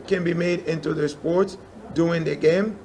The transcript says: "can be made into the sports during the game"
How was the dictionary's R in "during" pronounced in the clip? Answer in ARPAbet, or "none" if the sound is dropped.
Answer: none